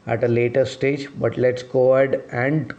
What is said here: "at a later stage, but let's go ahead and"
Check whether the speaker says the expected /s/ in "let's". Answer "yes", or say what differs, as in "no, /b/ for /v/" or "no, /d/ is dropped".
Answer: yes